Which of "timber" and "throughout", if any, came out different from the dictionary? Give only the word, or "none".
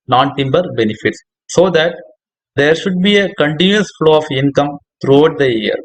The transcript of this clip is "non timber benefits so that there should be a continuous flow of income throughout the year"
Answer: throughout